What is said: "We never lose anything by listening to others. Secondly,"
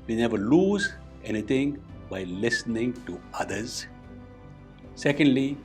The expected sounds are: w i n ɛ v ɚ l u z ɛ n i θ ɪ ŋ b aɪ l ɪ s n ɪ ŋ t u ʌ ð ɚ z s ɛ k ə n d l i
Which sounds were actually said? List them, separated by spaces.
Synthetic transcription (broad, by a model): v i n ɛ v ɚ l u z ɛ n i t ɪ ŋ b aɪ l ɪ s n ɪ ŋ t u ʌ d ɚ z s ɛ k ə n d l i